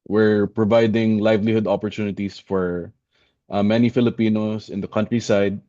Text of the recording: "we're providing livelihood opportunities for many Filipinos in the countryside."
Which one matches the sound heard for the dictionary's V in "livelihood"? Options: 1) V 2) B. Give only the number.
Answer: 1